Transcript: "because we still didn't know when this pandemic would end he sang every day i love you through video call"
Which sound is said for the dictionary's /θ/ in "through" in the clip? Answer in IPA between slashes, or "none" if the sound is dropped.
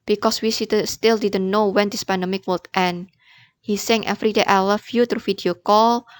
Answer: /t/